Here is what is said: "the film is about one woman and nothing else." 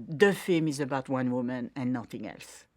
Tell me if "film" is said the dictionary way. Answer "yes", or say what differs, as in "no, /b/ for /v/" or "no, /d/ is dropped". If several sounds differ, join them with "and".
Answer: no, /l/ is dropped